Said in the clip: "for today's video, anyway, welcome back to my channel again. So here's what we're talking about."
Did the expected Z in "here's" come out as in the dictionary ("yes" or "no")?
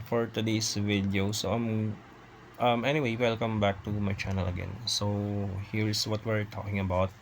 no